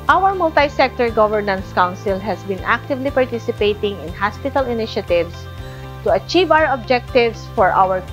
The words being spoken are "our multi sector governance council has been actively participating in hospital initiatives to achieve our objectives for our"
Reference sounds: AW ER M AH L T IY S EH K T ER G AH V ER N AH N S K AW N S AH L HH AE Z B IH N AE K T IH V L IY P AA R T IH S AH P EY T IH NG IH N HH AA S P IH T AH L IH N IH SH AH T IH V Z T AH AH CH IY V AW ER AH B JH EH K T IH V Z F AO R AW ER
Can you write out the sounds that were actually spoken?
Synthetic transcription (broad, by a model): AW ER M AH L T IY S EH K T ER G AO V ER N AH N S K AW N S AH L HH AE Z B IH N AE K T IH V L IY P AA R T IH S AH P EY T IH NG IH N HH AA S P IH T AH L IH N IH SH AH T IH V S T AH AH CH IY V AW ER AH B JH EH K T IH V S F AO R AW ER